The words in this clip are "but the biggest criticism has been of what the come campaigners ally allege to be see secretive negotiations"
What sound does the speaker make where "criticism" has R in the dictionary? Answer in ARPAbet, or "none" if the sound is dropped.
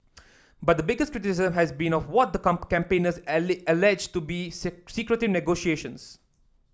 R